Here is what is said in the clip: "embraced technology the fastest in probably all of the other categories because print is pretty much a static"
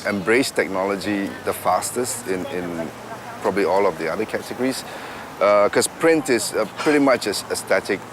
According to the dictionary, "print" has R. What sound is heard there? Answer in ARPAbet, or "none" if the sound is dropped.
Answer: R